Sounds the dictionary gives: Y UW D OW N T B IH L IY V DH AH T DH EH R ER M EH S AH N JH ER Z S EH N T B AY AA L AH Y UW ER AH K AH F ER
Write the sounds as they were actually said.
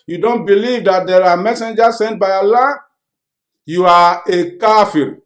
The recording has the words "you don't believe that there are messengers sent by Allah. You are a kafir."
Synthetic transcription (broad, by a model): Y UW D OW N T B IH L IY V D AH T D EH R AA M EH S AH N JH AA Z S EH N T B AY AA L AH Y UW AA AH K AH F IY